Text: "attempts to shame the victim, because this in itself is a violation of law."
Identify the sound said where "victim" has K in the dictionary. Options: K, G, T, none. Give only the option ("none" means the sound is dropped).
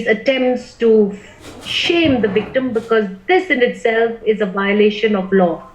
K